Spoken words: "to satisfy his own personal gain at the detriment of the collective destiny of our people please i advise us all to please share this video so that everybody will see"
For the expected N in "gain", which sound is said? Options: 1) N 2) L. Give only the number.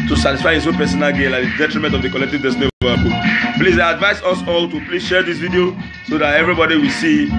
2